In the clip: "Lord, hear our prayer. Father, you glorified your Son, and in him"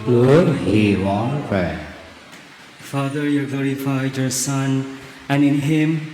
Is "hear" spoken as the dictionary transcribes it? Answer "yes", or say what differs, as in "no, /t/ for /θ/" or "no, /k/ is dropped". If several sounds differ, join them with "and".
no, /w/ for /ɹ/